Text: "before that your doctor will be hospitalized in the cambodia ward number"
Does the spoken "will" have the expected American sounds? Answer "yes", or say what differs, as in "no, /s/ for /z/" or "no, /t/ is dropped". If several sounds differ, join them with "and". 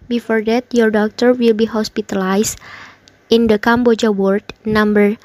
yes